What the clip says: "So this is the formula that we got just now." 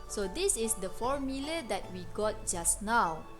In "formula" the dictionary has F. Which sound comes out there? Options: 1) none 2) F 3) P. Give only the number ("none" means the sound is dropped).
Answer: 2